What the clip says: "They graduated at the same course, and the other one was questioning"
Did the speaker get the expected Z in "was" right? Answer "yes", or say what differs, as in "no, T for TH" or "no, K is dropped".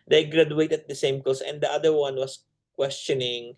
no, S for Z